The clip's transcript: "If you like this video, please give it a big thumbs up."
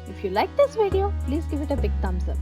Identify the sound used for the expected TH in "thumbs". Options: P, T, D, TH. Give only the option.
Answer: T